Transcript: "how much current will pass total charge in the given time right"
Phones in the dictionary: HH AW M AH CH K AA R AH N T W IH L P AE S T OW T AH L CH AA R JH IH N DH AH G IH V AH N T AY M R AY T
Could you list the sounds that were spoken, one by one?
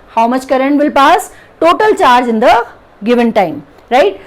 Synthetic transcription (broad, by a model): HH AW M AH CH K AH R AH N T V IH L P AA S T OW T AH L CH AA R JH IH N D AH G IH V AH N T AY M R AY T